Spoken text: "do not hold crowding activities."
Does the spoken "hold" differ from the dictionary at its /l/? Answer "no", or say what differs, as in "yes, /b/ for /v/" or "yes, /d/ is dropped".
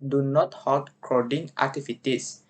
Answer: yes, /l/ is dropped